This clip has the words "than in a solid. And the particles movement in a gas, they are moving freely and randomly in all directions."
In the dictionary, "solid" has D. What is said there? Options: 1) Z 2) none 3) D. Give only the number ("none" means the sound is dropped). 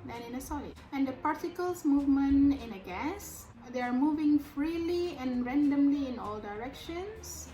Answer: 2